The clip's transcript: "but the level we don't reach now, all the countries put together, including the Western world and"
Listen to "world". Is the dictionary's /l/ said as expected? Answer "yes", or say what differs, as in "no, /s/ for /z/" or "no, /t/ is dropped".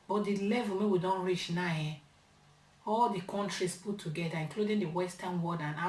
no, /l/ is dropped